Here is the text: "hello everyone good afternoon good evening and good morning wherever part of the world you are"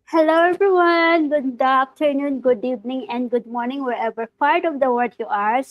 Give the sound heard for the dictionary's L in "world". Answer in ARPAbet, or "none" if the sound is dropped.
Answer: none